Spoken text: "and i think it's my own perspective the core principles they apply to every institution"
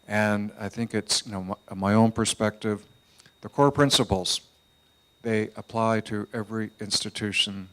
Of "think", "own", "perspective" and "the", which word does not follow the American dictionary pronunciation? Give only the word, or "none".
none